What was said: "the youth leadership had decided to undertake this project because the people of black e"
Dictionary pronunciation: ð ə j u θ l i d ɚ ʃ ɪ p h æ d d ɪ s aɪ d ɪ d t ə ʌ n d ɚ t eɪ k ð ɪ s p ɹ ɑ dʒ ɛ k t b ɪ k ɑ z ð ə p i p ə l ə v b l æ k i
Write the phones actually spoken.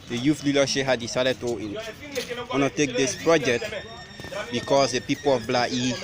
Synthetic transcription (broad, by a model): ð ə j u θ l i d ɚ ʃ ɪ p h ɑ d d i s aɪ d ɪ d t ə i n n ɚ t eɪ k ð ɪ s p ɹ ɑ dʒ ɛ k t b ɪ k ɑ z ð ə p i p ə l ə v b l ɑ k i